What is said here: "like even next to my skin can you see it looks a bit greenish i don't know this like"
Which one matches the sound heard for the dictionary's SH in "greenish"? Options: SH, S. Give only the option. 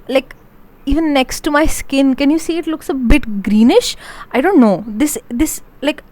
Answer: SH